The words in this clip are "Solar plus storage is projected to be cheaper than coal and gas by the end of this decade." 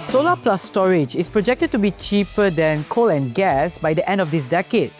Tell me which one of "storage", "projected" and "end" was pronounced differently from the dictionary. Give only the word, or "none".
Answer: none